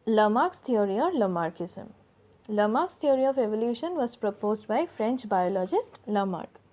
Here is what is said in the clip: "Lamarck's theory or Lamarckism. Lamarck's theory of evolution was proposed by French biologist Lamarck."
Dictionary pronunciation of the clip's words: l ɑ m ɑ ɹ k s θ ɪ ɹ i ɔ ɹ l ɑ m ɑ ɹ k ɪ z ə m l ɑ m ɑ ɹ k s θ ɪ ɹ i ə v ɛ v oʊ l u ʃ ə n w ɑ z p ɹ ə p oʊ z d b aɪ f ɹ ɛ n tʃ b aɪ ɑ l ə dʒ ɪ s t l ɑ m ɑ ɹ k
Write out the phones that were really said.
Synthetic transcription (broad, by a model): l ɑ m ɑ ɹ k s t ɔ ɹ i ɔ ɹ l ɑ m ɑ ɹ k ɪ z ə m l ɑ m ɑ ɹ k s t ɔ ɹ i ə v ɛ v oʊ l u ʃ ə n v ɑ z p ɹ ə p oʊ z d b aɪ f ɹ ɛ n tʃ b aɪ ɑ l ə dʒ ɪ s t l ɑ m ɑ ɹ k